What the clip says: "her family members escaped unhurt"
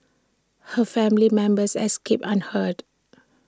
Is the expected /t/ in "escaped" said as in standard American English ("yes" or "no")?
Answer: no